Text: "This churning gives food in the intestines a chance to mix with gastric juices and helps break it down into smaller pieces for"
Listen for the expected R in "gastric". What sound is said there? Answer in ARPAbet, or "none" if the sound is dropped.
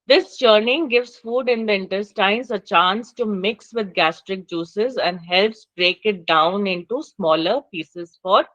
R